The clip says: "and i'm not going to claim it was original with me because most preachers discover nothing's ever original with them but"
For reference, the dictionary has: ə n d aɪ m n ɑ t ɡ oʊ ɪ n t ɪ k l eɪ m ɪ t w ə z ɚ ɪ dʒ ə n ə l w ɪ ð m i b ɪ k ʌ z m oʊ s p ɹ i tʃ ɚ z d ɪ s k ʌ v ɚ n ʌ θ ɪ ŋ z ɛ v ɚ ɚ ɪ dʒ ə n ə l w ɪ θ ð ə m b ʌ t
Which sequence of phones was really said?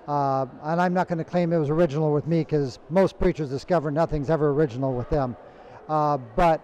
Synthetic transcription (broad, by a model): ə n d aɪ m n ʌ t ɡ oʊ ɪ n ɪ k l eɪ m ɪ t w ə z ɚ ɪ dʒ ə n l w ɪ ð m i k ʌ z m oʊ s p ɹ i tʃ ɚ z d ɪ s k ʌ v ɚ n ʌ θ ɪ ŋ z ɛ v ɚ ɚ ɪ dʒ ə n l w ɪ ð ə m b ʌ t